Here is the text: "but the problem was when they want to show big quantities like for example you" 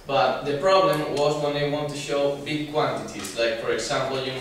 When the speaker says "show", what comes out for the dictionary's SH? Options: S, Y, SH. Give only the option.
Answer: SH